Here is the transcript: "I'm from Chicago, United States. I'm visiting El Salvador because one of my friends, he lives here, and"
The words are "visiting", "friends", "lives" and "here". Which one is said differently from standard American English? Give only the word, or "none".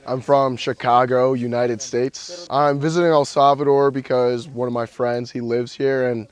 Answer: none